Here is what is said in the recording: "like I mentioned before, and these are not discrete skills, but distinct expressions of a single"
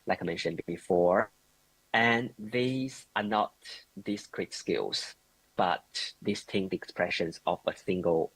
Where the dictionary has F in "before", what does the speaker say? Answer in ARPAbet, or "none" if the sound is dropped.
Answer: F